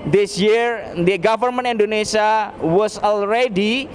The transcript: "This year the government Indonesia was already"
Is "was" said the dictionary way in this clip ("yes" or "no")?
no